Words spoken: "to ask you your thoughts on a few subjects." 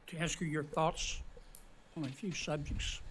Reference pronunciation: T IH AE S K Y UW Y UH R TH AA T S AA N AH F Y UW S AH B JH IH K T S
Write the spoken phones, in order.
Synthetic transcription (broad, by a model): T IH AE S K Y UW Y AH R TH AA T S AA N AH F Y UW S AH B JH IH K T S